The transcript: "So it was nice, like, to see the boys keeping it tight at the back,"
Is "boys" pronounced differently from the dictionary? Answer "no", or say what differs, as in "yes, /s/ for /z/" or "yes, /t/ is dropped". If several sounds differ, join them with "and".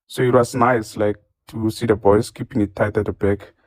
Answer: yes, /s/ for /z/